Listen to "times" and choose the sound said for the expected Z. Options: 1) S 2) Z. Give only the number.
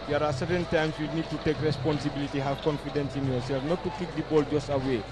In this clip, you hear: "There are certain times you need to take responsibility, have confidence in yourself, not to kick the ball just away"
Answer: 1